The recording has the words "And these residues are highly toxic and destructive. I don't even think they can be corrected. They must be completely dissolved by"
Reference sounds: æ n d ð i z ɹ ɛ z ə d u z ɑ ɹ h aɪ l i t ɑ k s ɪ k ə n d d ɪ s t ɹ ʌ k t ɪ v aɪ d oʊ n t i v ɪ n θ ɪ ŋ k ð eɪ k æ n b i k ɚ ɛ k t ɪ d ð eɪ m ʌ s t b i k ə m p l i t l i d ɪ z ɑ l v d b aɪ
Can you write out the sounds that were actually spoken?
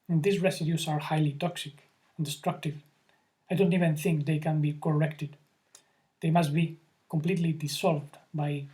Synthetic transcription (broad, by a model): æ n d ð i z ɹ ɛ s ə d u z ɑ ɹ h aɪ l i t ɑ k s ɪ k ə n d d ɪ s t ɹ ʌ k t ɪ v aɪ d oʊ n t i v ɪ n θ ɪ ŋ k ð eɪ k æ n b i k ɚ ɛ k t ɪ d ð eɪ m ʌ s t b i k ə m p l i t l i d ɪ s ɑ l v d b aɪ